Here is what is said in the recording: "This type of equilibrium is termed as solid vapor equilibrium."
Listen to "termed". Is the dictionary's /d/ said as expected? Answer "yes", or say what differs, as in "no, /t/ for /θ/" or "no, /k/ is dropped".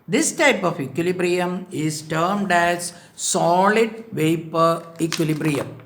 yes